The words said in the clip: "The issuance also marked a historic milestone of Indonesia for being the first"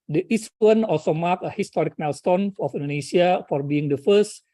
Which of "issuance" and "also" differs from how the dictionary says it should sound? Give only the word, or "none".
issuance